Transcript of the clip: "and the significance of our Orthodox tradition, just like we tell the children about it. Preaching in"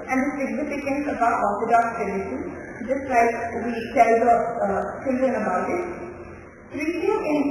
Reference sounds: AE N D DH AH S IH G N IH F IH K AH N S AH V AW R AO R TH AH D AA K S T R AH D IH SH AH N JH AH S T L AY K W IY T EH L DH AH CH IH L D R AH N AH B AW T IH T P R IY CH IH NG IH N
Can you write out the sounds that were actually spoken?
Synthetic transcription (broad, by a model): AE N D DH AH S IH G N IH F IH K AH N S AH B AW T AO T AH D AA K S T AH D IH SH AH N JH AH S T L AY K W IY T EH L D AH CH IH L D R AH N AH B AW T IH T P R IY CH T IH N